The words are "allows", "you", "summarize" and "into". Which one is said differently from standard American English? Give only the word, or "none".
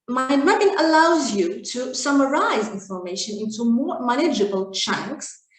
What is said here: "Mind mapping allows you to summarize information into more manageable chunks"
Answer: none